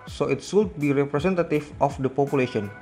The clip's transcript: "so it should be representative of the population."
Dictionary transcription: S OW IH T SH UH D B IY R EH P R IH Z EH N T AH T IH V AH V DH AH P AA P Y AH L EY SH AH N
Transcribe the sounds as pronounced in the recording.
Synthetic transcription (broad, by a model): S OW IH T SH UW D B IY R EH P R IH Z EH N T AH T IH F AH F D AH P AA P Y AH L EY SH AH N